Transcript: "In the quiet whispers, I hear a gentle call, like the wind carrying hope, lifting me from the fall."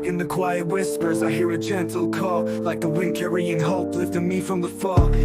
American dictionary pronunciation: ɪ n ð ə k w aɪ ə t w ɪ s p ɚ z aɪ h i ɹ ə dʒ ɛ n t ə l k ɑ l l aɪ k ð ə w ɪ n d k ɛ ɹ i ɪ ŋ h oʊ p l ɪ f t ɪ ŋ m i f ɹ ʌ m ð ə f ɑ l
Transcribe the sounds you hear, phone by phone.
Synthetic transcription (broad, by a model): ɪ n ð ə k w aɪ ə t w ɪ s p ɚ z aɪ h i ɹ ə tʃ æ n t l k ɑ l l aɪ k ð ə w ɪ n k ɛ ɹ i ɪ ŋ h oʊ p l ɪ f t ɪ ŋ m i f ɹ ʌ m ð ə f ɑ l